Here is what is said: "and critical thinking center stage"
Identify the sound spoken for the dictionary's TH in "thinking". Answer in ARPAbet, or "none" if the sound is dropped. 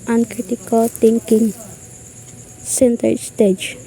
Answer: T